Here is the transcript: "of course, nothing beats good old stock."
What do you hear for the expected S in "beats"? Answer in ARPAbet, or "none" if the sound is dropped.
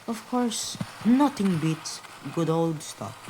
none